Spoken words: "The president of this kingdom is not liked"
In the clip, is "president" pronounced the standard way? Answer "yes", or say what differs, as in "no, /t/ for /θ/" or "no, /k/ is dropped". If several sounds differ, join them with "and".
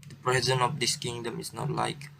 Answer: no, /t/ is dropped